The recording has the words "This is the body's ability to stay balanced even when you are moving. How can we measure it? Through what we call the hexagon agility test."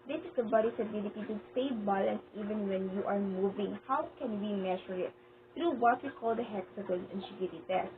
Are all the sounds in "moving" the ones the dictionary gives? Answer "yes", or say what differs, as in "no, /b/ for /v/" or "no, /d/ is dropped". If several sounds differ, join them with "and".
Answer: yes